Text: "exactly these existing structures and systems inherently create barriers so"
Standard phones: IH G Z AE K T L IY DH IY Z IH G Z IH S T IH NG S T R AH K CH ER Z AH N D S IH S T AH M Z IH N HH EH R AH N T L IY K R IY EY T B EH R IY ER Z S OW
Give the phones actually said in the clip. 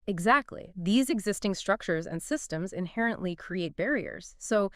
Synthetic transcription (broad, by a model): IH G Z AE K T L IY DH IY Z IH G Z IH S T IH NG S T R AH K CH ER Z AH N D S IH S T AH M Z IH N HH EH R AH N T L IY K R IY EY T B EH R IY ER Z S OW